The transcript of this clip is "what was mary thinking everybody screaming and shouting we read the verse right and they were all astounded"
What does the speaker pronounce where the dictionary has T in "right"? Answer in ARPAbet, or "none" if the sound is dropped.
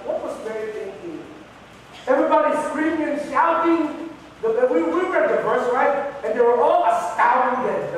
none